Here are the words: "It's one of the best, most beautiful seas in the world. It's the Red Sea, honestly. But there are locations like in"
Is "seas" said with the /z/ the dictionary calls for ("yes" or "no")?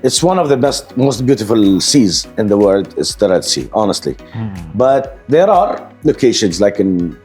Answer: yes